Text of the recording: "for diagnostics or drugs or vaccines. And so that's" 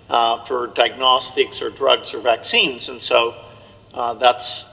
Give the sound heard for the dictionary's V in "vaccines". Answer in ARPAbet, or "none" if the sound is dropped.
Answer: V